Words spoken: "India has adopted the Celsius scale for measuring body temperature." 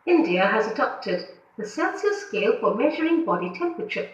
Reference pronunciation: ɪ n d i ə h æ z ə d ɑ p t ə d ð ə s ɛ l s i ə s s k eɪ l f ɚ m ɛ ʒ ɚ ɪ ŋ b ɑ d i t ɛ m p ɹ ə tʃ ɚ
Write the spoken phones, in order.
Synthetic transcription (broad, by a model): ɪ n d i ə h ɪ z ə d ɑ p t ə d ð ə s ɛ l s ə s s k eɪ l f ɚ m ɛ ʒ ɚ ɪ ŋ b ɑ d i t ɛ m p ɹ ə tʃ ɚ